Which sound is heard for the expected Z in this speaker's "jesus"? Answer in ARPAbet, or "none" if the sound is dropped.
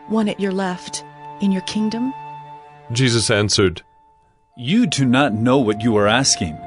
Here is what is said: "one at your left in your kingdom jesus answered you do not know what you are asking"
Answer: Z